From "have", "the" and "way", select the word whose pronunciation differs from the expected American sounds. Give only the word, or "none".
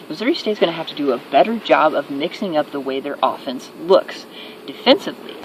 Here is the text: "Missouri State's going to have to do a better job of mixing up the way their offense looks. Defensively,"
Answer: have